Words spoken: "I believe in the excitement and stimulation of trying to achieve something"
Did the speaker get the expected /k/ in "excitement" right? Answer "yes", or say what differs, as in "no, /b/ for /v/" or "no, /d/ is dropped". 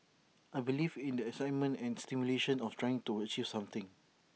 no, /k/ is dropped